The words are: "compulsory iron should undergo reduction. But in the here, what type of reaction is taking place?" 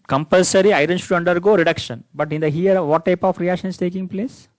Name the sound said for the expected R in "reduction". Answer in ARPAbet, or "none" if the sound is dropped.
R